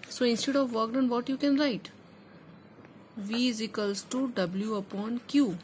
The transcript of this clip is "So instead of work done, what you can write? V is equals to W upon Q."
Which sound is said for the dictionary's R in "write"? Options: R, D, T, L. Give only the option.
R